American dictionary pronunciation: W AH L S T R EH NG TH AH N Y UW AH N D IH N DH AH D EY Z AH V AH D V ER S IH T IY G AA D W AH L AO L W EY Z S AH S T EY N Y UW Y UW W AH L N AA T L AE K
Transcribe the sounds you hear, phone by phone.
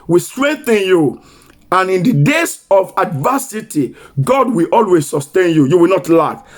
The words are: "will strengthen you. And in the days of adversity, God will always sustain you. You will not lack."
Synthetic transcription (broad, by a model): W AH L S T R EH NG TH AH N Y UW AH N IH N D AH D EY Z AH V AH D V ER S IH T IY G AA D W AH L AO L W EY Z S AH S T EY N Y UW Y UW W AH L N AA T L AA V